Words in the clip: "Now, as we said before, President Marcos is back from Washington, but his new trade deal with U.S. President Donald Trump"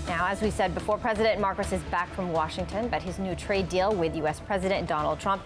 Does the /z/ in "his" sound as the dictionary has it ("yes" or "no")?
yes